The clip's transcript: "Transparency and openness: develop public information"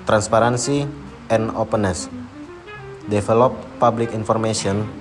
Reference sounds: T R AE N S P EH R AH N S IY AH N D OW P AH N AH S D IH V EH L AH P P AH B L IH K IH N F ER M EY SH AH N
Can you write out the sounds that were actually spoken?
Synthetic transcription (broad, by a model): T R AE N S P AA R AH N S IY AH N OW P AH N AH S D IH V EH L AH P P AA B L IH K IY N F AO M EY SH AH N